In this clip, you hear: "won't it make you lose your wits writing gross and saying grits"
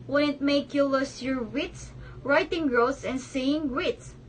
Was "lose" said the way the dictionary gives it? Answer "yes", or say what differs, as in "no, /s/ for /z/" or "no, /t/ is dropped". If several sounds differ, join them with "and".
no, /s/ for /z/